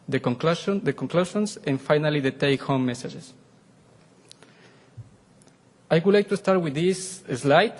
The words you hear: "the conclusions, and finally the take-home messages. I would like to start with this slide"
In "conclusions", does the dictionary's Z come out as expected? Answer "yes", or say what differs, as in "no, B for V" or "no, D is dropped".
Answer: no, S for Z